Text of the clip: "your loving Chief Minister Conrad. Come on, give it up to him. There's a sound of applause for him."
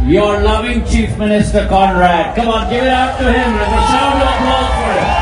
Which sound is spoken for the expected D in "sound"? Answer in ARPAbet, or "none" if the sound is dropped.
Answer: none